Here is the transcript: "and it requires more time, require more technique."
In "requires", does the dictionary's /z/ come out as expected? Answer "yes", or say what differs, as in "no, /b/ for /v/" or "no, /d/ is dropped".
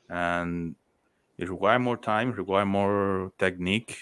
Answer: no, /z/ is dropped